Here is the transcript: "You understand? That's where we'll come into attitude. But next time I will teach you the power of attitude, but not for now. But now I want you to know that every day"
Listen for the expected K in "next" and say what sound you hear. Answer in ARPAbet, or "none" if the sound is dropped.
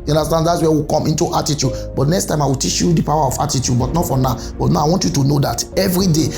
K